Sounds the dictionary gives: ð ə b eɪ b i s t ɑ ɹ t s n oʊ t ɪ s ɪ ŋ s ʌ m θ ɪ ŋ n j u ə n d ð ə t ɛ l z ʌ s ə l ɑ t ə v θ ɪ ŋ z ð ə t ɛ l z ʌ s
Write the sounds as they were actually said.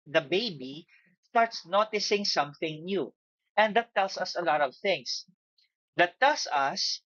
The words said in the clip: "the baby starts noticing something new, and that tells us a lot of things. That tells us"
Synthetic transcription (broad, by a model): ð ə b eɪ b i s t ɑ ɹ t s n oʊ t ɪ s ɪ ŋ s ʌ m θ ɪ ŋ n j u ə n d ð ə t ɛ l s ʌ s ə l ɑ t ə v θ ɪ ŋ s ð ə t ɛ l s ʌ s